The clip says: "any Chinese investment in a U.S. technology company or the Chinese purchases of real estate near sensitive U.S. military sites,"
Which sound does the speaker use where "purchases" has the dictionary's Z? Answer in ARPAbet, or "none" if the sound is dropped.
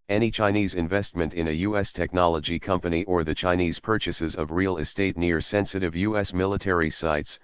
Z